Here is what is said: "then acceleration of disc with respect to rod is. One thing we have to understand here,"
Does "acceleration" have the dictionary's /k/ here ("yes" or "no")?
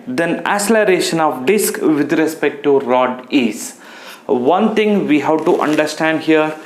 no